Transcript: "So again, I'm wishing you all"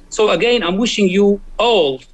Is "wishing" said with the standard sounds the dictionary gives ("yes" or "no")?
yes